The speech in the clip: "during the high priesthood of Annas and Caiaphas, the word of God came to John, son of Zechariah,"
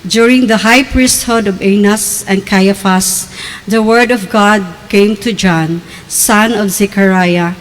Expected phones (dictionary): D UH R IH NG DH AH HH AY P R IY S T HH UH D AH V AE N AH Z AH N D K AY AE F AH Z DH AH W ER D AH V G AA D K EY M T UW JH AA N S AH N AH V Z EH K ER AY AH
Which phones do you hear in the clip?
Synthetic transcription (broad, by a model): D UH R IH NG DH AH HH AY P R IY S T HH UH D AH V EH N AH S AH N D K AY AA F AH S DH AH W ER D AH V G AA D K EY M T UW JH AA N S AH N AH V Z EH K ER AY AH